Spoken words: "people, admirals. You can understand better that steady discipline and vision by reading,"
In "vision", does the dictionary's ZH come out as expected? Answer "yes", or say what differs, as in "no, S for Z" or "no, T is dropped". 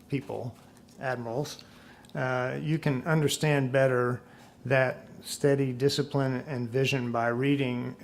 yes